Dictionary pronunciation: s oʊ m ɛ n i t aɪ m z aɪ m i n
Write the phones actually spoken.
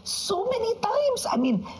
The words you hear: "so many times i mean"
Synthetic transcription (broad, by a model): s oʊ m ɛ n i t aɪ m s aɪ m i n